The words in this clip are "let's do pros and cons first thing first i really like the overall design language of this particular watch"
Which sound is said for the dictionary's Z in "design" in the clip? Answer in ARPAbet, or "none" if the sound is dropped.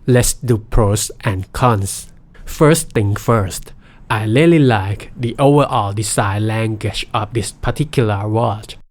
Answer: S